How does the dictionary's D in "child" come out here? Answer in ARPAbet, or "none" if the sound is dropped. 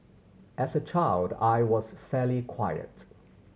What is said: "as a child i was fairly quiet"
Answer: D